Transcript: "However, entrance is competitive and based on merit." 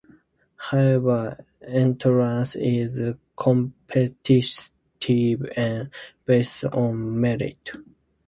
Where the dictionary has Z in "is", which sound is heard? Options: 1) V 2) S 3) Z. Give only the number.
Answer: 3